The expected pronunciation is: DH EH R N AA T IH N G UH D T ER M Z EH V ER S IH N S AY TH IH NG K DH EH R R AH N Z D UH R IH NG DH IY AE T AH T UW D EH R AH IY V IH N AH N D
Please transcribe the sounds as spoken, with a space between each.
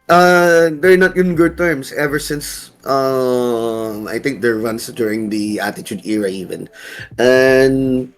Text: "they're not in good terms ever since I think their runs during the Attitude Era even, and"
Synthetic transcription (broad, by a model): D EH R N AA T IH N G UH D T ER M S EH V ER S IH N S AY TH IH NG K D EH R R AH N S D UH R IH NG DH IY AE T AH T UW D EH R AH IY V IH N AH N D